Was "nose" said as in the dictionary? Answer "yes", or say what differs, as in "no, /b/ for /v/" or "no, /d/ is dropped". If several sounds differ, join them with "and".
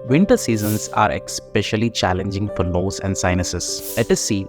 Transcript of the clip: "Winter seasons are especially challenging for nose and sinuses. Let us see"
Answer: no, /l/ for /n/